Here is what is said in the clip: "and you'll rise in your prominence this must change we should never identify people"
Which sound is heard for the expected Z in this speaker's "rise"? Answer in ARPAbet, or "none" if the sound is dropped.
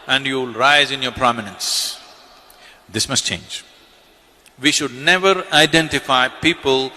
Z